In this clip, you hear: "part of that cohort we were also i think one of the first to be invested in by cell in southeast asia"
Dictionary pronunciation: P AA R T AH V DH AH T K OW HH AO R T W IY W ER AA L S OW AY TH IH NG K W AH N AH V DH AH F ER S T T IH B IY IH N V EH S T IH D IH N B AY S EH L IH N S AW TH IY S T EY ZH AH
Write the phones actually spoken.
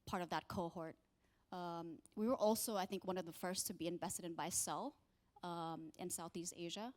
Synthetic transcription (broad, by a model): P AA R T AH V DH AH T K OW HH AO R T W IY W ER AA L S OW AY TH IH NG K W AH N AH V DH AH F ER S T T IH B IY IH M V EH S T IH D IH N B AY S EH L IH N S AW TH IY S T EY ZH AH